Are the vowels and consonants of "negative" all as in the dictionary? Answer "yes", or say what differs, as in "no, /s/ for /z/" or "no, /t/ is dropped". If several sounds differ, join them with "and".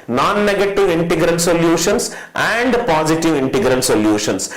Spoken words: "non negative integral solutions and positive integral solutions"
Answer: yes